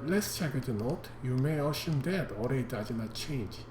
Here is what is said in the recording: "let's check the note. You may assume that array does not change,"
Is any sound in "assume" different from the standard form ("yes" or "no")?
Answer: yes